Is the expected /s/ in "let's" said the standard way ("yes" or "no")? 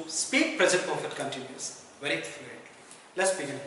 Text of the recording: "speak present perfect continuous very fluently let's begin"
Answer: yes